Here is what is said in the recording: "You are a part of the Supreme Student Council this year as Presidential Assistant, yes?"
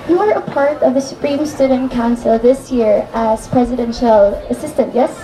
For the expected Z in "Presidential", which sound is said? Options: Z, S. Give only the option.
Z